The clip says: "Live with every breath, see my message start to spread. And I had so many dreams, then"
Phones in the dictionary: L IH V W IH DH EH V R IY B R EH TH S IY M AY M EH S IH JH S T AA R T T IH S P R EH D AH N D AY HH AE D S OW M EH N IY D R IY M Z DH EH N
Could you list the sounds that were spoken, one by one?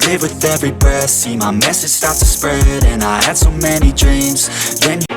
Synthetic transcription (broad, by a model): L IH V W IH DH EH V R IY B EH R S IY M AY M EH S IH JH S T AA R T T IH S P R EH D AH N AY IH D S OW M EH N IY D R IY M Z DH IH N